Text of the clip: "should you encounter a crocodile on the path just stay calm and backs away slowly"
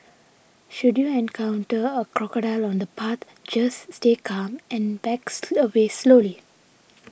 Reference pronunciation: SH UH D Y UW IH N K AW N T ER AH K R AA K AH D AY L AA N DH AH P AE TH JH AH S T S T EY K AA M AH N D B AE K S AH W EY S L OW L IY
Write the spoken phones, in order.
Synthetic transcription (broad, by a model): SH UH D Y UW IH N K AW N T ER AH K R AA K AH D AY L AA N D AH P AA T JH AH S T S T EY K AA M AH N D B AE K S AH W EY S L OW L IY